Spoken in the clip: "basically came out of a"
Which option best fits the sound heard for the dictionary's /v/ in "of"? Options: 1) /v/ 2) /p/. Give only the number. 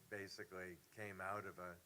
1